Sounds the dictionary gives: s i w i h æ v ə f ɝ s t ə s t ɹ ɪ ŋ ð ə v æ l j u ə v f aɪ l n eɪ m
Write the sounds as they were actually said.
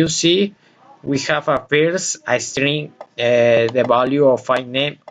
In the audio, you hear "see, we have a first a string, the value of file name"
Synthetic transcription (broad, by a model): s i w i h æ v ə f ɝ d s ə s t ɹ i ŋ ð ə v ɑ l j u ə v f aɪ n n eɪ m